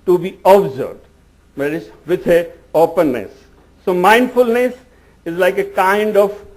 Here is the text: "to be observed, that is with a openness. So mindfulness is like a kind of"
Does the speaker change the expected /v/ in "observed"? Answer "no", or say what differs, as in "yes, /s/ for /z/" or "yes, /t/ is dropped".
yes, /b/ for /v/